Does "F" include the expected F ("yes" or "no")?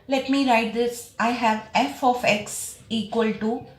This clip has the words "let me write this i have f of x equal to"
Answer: yes